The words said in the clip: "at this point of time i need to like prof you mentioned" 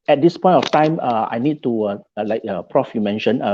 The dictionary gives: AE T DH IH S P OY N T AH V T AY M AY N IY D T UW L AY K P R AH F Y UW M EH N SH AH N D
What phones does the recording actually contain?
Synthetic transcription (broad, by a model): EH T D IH S P OY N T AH F T AY M AY N IY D T UW L AY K P R AH F Y UW M EH N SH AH N